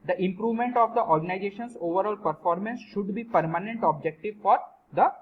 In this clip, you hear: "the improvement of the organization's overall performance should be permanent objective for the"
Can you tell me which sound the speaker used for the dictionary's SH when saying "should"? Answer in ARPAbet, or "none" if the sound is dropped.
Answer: SH